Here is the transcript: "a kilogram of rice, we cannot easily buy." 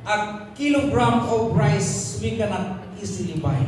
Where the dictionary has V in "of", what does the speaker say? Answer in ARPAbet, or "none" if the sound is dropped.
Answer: P